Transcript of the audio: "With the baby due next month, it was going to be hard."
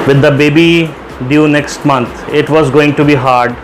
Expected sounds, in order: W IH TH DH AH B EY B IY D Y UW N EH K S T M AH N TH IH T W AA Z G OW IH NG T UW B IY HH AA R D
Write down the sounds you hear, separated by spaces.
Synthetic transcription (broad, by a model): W IH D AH B EY B IY D Y UW N EH K S T M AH N T IH T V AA Z G OW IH NG T UW B IY HH AA R D